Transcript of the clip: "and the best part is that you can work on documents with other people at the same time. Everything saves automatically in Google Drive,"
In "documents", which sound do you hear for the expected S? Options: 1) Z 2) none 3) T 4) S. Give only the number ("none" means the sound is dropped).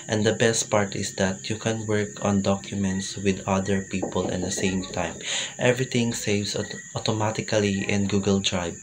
4